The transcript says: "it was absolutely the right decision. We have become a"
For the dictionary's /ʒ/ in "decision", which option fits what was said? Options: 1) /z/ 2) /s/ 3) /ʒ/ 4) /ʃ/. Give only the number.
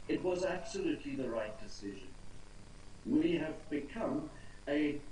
3